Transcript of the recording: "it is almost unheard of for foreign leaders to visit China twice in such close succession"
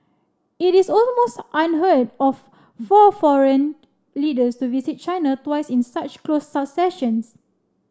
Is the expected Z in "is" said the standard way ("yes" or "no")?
no